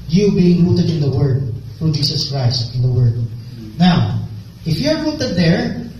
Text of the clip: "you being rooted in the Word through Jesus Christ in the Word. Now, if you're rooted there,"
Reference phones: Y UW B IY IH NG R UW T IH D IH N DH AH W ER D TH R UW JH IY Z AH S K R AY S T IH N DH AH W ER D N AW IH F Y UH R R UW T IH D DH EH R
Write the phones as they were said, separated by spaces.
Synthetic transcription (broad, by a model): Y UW B IY IH NG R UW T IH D IH N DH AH W ER D F R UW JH IY S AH S K R AY S T IH N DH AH W ER D N AW IH F Y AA R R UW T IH D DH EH R